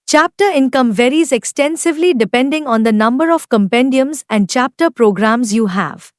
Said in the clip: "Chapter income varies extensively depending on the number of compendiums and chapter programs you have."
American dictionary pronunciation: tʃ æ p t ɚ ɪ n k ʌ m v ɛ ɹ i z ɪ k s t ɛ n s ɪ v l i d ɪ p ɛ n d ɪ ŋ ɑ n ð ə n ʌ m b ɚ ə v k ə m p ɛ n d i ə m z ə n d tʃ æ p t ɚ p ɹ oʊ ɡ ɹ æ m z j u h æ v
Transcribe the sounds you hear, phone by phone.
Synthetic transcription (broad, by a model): tʃ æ p t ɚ ɪ n k ʌ m v ɛ ɹ i z ɪ k s t ɛ n s ɪ v l i d ɪ p ɛ n d ɪ ŋ ɑ n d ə n ʌ m b ɚ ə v k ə m p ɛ n d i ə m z ə n d tʃ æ p t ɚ p ɹ oʊ ɡ ɹ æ m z j u h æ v